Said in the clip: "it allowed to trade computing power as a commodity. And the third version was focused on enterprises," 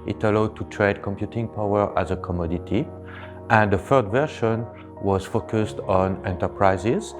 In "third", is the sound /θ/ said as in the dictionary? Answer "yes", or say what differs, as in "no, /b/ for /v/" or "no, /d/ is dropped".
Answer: no, /f/ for /θ/